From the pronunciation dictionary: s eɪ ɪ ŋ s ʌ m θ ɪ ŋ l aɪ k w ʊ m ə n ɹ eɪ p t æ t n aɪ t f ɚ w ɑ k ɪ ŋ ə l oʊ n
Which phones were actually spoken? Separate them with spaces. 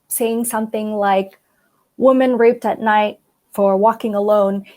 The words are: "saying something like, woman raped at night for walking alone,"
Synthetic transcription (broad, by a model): s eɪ ɪ ŋ s ʌ m θ ɪ ŋ l aɪ k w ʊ m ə n ɹ eɪ p t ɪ t n aɪ t f ɚ w ɑ k ɪ ŋ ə l oʊ n